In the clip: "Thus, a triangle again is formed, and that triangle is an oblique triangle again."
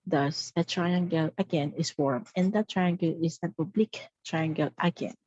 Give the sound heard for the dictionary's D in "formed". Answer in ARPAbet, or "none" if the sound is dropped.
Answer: none